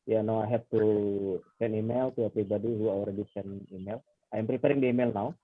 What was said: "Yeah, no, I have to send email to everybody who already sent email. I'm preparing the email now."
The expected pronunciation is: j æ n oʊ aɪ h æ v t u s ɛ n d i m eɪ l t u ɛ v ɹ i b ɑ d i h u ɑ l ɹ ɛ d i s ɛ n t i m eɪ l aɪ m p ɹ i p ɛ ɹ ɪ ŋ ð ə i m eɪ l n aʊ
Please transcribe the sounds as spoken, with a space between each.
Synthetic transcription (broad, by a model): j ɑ n oʊ aɪ h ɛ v t u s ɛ n i m eɪ l t u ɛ p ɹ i b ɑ d i h u ɑ l ɹ ɛ d i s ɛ n i m eɪ l aɪ m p ɹ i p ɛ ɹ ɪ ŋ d i m eɪ l n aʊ